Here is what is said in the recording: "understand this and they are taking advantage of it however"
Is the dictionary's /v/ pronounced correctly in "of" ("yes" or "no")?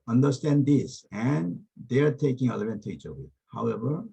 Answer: no